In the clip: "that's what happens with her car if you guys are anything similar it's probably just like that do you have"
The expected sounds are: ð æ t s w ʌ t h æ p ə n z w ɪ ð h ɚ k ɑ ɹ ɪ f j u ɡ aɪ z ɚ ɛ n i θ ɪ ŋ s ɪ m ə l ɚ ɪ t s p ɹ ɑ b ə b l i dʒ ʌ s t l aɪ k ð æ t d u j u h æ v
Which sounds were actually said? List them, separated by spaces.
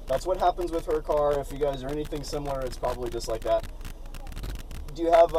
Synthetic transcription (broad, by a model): ð æ t s w ʌ t h æ p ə n z w ɪ ð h ɚ k ɑ ɹ ɪ f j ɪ ɡ aɪ z ɚ ɛ n i θ ɪ ŋ s ɪ m l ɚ ɪ t s p ɹ ɑ b ə b l i dʒ ʌ s t l aɪ k ð æ t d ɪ j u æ v